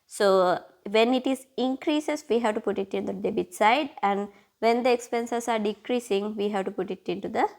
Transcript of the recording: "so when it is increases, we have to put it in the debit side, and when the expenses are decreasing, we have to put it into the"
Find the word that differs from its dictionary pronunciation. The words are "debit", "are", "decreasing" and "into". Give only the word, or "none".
none